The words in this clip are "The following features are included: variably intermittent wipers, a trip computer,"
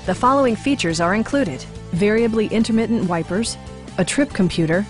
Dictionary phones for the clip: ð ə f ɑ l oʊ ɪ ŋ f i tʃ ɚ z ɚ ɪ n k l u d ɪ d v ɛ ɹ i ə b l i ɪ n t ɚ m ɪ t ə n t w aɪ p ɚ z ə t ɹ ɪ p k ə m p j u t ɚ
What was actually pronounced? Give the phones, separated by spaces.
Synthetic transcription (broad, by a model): ð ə f ɑ l oʊ ɪ ŋ f i tʃ ɚ z ɚ ɪ n k l u d ɪ d v ɛ ɹ i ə b l i ɪ n t ɚ m ɪ t n t w aɪ p ɚ z ə t ɹ ɪ p k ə m p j u t ɚ